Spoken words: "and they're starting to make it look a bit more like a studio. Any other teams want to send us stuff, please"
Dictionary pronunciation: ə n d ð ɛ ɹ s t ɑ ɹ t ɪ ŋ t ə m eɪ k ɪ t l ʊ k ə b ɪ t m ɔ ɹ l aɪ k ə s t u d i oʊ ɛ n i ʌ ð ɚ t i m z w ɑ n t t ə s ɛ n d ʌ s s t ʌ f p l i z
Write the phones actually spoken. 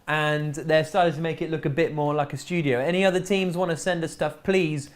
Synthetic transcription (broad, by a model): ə n ð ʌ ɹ s t ɑ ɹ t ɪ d t ə m eɪ k ɪ t l ʊ k ə b ɪ t m ɔ ɹ l aɪ k ə s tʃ u d i oʊ ɛ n i ʌ ð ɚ t i m z w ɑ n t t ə s ɛ n d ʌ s s t ʌ f p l i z